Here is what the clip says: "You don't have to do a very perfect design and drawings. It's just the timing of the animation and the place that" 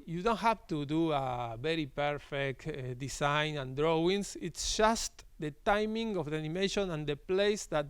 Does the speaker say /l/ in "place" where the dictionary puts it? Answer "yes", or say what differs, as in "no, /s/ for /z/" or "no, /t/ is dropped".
yes